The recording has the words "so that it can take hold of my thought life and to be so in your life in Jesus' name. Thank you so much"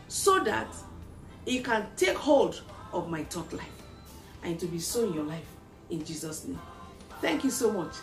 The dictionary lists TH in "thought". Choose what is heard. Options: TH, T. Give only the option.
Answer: T